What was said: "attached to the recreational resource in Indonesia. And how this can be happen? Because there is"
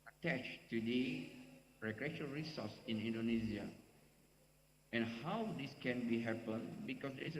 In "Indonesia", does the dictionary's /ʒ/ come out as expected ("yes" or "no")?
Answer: no